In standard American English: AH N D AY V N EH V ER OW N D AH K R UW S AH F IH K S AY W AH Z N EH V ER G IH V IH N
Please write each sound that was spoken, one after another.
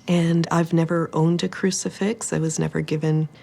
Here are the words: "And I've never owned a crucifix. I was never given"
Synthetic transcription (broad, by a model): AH N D AY V N EH V ER OW N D AH K R UW S AH F IH K S AY W AH Z N EH V ER G IH V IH N